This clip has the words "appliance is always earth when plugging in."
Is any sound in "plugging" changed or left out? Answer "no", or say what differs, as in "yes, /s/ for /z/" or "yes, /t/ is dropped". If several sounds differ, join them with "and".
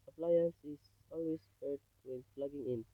yes, /f/ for /p/